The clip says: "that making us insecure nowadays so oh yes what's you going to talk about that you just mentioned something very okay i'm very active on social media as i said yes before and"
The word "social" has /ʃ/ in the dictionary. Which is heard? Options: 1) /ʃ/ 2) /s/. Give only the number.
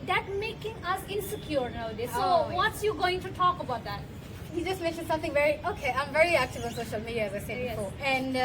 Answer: 1